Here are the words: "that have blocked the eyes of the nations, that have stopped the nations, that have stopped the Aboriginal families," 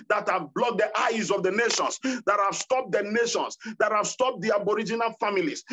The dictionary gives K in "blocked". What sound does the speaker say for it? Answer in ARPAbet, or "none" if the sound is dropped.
none